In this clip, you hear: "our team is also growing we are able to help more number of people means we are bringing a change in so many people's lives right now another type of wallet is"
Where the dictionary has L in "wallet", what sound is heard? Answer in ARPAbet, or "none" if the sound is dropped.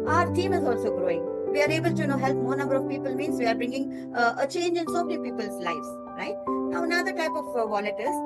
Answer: N